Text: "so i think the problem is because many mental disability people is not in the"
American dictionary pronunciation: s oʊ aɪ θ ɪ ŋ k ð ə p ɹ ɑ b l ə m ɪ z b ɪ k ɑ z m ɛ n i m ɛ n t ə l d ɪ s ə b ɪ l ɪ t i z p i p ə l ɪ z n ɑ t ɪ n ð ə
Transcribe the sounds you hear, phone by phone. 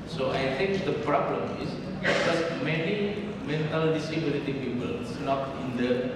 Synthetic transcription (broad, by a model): s oʊ aɪ t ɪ ŋ k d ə p ɹ ɑ b l ə m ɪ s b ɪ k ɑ s m ɛ n i m ɛ n t ə l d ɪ s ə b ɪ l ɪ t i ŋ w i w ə l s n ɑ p ɪ n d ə